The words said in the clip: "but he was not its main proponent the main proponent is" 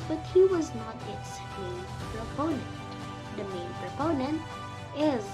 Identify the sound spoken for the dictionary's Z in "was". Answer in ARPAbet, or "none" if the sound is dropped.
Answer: Z